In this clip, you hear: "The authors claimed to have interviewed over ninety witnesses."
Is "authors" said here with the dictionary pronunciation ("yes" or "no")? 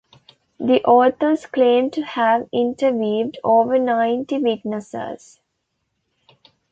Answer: no